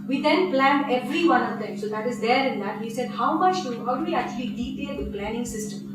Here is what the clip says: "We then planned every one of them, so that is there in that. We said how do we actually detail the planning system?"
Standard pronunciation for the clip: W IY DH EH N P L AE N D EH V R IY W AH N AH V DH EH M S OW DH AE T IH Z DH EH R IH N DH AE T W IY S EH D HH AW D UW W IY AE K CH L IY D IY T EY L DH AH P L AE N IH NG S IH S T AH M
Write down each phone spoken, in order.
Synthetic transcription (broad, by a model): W IY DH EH N P L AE N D EH V R IY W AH N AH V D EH M S OW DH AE T IH Z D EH R IH N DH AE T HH IY S EH D HH AW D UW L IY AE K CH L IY D IY T EY L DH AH P L AE N IH NG S IH S T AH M